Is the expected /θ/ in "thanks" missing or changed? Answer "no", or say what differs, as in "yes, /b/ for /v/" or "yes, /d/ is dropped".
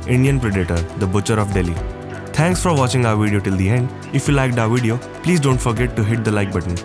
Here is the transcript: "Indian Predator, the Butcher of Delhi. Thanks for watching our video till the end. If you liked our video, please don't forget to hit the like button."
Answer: yes, /t/ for /θ/